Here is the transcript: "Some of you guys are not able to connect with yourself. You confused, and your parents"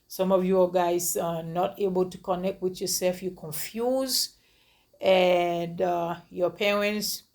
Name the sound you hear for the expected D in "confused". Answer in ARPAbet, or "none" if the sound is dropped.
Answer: none